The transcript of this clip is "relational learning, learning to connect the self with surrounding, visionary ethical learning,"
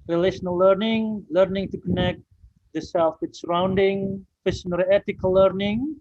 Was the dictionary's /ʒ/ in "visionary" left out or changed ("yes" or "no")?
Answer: yes